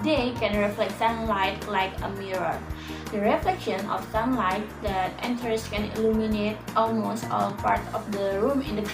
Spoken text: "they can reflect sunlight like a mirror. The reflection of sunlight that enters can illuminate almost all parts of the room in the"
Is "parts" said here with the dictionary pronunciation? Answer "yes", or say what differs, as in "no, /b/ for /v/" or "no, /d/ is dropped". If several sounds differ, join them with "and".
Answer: no, /s/ is dropped